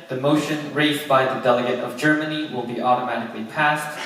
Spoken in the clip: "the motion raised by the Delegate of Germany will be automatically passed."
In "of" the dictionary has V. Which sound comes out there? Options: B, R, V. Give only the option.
V